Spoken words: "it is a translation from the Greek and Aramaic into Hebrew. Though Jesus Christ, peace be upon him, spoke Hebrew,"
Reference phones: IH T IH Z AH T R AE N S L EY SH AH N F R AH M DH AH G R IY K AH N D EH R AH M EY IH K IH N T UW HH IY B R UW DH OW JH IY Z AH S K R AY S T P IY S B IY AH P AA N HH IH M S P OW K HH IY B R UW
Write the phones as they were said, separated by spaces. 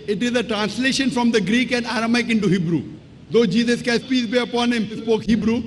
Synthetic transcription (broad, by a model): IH T IH Z AH T R AE N S L EY SH AH N F R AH M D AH G R IY K AH N D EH R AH M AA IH K IH N T UW HH IY B R UW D OW JH IY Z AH S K AY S P IY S B IY AH P AA N HH IH M S P OW K HH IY B R UW